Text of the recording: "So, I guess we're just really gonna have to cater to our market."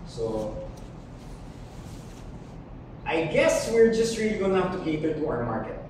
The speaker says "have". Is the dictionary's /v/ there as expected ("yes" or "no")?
no